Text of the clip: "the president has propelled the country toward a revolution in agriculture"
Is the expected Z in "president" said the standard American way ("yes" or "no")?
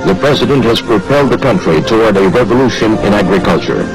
yes